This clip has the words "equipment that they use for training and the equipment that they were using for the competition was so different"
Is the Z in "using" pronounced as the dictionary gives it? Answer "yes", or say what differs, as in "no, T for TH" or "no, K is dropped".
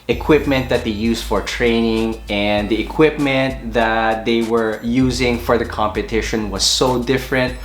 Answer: yes